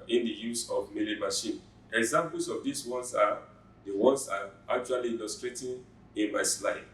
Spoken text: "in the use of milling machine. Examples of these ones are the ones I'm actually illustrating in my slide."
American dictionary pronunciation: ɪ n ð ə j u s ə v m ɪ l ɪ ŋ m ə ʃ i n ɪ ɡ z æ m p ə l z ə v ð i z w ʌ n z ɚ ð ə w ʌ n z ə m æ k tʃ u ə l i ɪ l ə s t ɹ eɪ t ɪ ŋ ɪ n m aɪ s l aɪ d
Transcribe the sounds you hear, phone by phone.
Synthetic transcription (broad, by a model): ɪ n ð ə j u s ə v m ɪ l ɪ m ə ʃ i n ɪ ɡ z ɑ m p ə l s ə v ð i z w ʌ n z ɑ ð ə w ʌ n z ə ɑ k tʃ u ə l i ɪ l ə s t ɹ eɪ t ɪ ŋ ɪ n m aɪ s l aɪ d